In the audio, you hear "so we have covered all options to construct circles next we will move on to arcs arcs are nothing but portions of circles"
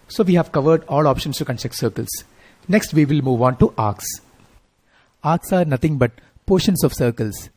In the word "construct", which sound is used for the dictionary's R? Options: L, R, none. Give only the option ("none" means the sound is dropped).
none